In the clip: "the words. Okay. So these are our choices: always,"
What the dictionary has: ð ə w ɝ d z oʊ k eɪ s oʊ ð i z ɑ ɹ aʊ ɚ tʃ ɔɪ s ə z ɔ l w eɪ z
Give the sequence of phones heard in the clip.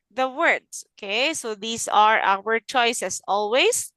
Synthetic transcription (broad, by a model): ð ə w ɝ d s oʊ k eɪ s oʊ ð i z ɑ ɹ aʊ ɚ tʃ ɔɪ s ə s ɔ l w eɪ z